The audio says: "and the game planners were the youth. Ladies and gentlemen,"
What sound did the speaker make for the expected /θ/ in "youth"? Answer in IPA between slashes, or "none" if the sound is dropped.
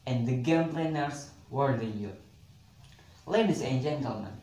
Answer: /t/